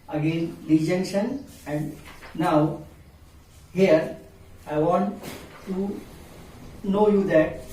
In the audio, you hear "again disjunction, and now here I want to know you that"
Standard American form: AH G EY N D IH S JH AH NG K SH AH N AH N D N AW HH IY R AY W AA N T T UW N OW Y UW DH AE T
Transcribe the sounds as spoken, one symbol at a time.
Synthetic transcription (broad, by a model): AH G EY N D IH JH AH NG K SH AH N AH N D N AW HH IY R AY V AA N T T UW N OW Y UW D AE T